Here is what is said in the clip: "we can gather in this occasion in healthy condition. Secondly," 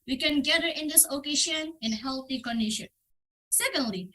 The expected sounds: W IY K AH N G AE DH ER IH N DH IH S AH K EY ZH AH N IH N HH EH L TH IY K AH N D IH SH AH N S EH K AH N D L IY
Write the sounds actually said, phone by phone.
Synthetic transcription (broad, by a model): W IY K AH N G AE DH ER IH N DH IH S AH K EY SH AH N IH N HH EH L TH IY K AH N D IH SH AH N S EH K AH N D L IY